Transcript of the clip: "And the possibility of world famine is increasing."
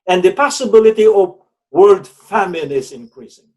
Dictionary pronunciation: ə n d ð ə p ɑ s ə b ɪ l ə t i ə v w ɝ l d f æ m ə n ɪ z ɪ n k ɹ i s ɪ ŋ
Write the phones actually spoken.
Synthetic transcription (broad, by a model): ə n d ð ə p ɑ s ə b ɪ l ə t i ə v w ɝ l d f æ m ə n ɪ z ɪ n k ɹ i s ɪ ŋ